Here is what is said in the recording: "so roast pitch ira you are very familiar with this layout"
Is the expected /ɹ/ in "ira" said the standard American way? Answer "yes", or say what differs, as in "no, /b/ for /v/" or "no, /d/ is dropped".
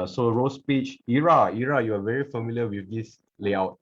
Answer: yes